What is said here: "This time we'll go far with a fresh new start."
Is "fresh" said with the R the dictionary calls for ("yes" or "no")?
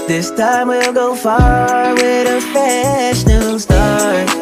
no